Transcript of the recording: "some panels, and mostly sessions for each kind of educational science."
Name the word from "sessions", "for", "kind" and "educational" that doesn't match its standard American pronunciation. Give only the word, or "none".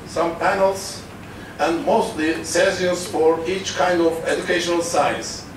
sessions